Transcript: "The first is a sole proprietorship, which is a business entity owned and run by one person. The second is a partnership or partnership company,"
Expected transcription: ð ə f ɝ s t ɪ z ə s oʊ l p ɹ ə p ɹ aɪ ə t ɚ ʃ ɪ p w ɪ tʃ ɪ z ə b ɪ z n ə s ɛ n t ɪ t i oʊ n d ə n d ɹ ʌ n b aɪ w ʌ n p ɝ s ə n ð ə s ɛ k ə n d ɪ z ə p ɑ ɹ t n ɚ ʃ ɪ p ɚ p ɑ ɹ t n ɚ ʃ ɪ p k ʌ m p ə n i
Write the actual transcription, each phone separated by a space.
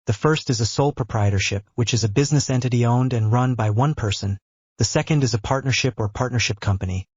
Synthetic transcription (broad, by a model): ð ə f ɝ s t ɪ z ə s oʊ l p ɹ ə p ɹ aɪ ə t ɚ ʃ ɪ p w ɪ tʃ ɪ z ə b ɪ z n ə s ɛ n t ɪ t i oʊ n d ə n ɹ ʌ n b aɪ w ʌ n p ɝ s ə n ð ə s ɛ k ə n d ɪ z ə p ɑ ɹ t n ɚ ʃ ɪ p ɚ p ɑ ɹ t n ɚ ʃ ɪ p k ʌ m p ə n i